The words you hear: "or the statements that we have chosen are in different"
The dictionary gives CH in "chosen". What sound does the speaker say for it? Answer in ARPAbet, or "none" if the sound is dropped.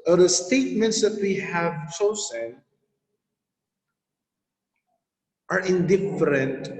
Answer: S